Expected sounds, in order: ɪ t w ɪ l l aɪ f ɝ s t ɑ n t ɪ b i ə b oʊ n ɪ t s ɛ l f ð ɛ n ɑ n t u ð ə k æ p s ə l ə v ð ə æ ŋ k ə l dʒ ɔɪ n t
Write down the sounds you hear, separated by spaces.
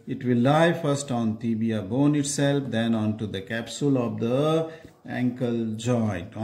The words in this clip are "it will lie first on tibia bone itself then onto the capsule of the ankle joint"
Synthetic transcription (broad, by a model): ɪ t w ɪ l l aɪ f ɝ s t ɑ n t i b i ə b oʊ n ɪ t s ɛ l f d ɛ n ɑ n t u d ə k æ p s ə l ə v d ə æ ŋ k ə l dʒ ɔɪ n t